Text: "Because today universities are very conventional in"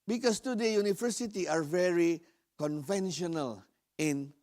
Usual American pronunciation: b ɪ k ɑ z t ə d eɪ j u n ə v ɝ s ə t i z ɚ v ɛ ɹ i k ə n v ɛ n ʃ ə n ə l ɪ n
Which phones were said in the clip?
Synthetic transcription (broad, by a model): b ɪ k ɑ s t ə d eɪ j u n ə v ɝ s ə t i ɑ v ɛ ɹ i k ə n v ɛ n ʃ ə n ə l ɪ n